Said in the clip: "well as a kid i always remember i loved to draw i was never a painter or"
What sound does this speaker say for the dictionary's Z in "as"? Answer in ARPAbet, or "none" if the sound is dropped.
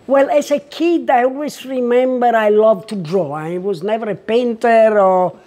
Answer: S